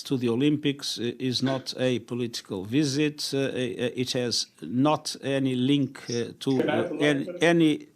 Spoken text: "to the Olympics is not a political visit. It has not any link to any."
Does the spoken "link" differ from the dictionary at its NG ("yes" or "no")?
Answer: no